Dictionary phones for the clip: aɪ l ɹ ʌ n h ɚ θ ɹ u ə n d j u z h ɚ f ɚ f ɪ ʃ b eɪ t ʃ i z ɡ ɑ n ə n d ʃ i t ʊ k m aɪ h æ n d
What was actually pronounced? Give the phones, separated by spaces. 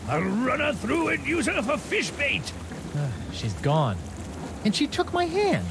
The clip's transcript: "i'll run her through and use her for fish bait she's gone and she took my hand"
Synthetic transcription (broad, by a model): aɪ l ɹ ʌ n ɚ θ ɹ u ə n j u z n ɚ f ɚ f ɪ ʃ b eɪ t ʃ i z ɡ ɑ n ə n ʃ i t ʊ k m aɪ h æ n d